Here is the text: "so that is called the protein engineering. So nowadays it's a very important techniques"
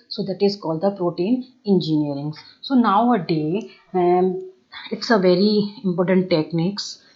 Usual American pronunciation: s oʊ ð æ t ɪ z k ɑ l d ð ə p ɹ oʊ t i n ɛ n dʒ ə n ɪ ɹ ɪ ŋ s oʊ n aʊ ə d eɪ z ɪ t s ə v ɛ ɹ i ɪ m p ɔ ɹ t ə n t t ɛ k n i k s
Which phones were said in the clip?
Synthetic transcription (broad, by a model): s oʊ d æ t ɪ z k ɑ l d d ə p ɹ oʊ t i n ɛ n dʒ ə n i ɹ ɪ ŋ s oʊ n aʊ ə d eɪ ɪ t s ə v ɛ ɹ i ɪ m p ɔ ɹ t ə n t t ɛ k n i k s